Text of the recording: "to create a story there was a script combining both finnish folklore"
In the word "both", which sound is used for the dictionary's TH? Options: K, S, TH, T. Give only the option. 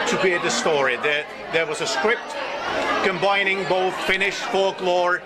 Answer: TH